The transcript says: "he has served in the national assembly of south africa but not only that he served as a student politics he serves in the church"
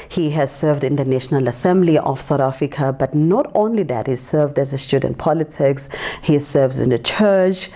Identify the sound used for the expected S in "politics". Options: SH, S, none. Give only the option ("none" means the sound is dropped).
S